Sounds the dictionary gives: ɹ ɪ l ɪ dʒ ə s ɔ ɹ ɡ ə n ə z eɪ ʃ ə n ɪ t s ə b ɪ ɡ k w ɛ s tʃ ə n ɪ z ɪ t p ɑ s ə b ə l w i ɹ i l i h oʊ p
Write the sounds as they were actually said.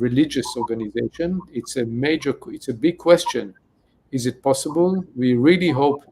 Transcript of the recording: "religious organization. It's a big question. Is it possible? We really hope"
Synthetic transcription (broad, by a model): ɹ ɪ l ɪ dʒ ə s ɔ ɹ ɡ ə n ə z eɪ ʃ ə n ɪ t s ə b ɪ ɡ k w ɛ s tʃ ə n ɪ z ɪ t p ɑ s ə b ə l w i ɹ i l i h oʊ p